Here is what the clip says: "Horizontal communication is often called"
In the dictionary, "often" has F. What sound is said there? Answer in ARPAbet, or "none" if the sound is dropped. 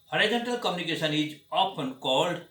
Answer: P